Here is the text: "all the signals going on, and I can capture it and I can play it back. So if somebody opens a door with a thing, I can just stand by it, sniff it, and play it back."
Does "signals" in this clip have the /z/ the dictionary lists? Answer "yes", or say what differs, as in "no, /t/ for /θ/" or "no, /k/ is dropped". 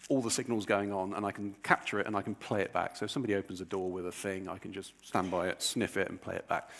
yes